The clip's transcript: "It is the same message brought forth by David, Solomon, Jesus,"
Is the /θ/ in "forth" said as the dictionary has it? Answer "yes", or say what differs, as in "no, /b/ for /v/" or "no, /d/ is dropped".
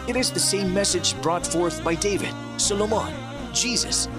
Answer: yes